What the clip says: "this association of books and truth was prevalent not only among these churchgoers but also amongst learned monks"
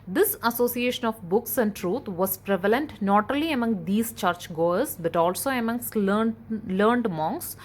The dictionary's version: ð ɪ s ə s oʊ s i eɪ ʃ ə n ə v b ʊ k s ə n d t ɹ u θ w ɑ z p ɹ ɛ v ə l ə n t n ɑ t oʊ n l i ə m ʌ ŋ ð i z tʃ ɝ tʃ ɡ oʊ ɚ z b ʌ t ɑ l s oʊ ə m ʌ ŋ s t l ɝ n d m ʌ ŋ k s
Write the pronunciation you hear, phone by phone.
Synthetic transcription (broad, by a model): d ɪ s ə s oʊ s i eɪ ʃ ə n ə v b ʊ k s ə n d t ɹ u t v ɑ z p ɹ ɛ v ə l ə n t n ɑ t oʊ l i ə m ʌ ŋ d i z tʃ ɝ tʃ ɡ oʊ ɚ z b ʌ t ɑ l s oʊ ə m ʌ ŋ s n l ɝ n d m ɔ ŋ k s